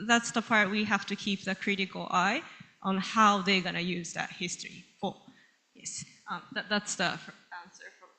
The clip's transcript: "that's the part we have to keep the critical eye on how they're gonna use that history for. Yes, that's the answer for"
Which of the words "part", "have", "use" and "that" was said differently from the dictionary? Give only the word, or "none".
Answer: have